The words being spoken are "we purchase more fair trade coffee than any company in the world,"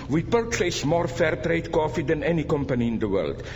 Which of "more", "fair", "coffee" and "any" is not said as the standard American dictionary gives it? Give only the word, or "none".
none